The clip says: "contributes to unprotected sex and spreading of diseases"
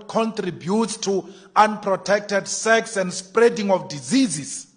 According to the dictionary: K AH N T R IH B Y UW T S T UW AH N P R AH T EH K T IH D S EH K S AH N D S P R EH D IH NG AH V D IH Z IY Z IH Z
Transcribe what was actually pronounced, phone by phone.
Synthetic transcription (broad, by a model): K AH N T R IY B Y UW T S T UW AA N P R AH T EH K T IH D S EH K S AH N D S P R EH D IH NG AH F D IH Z IY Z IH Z